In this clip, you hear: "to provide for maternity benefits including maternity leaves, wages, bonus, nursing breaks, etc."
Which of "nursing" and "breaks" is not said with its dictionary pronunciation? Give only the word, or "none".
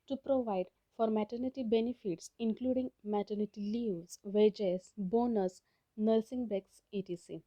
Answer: breaks